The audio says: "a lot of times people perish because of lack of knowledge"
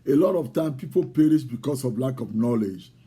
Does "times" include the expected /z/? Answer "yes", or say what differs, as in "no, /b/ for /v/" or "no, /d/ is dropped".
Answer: no, /z/ is dropped